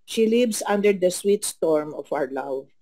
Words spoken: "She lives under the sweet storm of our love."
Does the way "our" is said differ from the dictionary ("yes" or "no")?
no